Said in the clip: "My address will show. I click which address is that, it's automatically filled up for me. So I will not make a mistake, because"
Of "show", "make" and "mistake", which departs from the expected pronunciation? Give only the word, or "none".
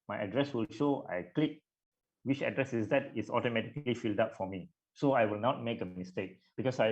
none